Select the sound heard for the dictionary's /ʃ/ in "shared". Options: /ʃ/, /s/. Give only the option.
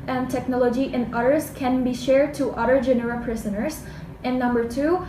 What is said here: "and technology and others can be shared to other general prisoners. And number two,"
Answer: /ʃ/